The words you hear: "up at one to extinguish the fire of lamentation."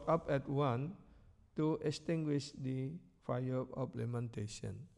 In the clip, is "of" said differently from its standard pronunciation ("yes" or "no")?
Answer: yes